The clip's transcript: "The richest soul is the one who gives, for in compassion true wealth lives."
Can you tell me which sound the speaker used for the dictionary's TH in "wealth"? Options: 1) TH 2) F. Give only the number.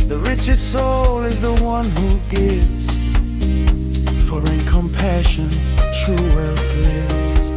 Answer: 2